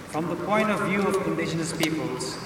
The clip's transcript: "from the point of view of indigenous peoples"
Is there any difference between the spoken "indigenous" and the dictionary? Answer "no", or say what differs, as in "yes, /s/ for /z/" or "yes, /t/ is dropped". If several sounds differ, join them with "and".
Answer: yes, /ʃ/ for /dʒ/